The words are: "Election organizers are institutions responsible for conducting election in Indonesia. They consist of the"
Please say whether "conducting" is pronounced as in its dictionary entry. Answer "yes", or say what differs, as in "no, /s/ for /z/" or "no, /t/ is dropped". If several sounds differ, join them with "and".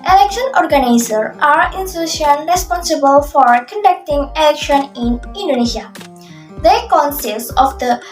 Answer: yes